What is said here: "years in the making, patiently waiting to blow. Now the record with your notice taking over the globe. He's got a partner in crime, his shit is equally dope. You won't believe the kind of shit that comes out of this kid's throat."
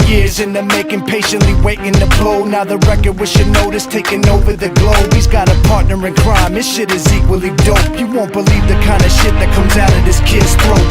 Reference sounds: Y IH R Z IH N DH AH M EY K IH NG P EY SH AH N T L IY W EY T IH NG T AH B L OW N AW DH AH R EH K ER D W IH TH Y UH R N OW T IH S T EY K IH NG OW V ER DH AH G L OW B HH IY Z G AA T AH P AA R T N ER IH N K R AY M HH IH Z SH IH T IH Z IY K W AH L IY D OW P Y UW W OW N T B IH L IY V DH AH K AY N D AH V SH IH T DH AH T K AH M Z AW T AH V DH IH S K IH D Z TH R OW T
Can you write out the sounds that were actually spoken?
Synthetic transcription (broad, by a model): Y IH R Z IH N DH AH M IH K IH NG P EY SH AH N T L IY W EY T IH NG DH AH B L OW N AW DH AH R EH K ER D W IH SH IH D N OW T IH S T EY K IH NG OW V ER DH AH G L OW B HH IY Z G AA T AH P AA R T N ER IH N K R AY M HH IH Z SH IH T IH Z IY K W AH L IY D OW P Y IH W OW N B IH L IY V DH AH K AY N D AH SH IH T DH AH T K AH M Z AW T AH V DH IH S K IH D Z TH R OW